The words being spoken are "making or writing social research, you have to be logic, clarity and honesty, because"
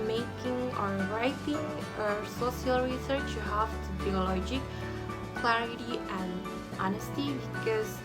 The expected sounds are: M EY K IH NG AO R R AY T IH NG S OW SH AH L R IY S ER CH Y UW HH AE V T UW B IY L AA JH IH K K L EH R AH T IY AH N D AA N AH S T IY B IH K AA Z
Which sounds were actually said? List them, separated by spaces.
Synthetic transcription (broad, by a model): M EY K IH NG AO R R AY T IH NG S OW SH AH L R IY S ER CH Y UW HH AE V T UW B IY L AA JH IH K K L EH R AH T IY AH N AA N AH S T IY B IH K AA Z